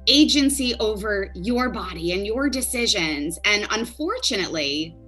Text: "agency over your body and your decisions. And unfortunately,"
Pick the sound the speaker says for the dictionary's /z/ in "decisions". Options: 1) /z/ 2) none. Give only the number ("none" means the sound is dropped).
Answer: 1